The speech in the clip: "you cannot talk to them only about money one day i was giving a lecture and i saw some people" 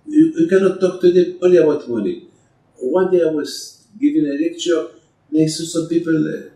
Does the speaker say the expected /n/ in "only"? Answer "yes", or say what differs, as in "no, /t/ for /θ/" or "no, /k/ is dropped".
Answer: no, /n/ is dropped